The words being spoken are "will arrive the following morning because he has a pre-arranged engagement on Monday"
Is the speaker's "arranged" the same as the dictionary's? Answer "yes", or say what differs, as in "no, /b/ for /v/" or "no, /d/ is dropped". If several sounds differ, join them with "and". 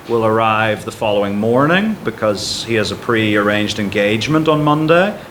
yes